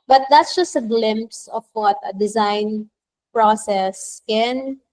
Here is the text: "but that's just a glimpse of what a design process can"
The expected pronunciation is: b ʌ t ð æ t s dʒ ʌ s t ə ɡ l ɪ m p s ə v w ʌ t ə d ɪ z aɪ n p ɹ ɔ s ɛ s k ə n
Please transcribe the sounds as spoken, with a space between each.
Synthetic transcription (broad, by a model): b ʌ t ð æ t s dʒ ʌ s t ə ɡ l ɪ m p s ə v w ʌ t ə d ɪ z aɪ n p ɹ ɔ s ɛ s k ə n